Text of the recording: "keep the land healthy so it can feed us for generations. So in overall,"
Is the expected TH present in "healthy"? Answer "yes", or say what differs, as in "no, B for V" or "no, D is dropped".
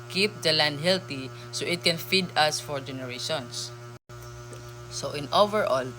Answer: no, T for TH